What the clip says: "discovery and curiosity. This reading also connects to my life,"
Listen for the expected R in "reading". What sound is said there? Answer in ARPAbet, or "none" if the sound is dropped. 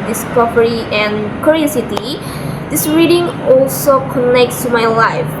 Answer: R